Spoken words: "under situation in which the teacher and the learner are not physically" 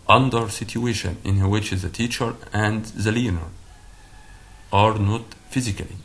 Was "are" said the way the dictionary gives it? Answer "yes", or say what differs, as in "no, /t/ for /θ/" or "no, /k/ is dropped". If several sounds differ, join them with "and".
yes